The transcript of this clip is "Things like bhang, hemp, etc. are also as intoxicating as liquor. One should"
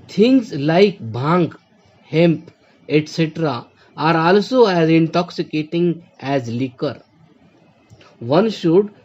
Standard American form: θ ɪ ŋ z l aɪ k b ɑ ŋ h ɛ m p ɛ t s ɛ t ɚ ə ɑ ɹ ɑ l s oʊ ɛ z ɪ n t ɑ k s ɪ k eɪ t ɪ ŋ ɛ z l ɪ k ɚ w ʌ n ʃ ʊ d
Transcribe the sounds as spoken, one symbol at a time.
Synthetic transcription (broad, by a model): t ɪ ŋ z l aɪ k b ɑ ŋ h ɛ m p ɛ t s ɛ t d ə ɑ ɹ ɑ l s oʊ ɛ z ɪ n t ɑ k s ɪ k eɪ t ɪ ŋ ɛ z l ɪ k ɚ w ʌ n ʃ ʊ d